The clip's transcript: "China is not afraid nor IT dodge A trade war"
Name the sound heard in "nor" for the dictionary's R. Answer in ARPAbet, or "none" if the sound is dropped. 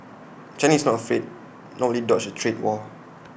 L